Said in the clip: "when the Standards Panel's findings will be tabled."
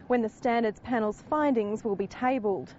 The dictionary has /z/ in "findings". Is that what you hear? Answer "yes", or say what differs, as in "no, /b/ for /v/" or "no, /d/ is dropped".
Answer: yes